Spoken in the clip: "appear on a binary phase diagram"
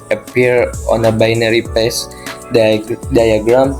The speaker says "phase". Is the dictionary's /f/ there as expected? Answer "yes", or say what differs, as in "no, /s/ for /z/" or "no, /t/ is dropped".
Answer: no, /p/ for /f/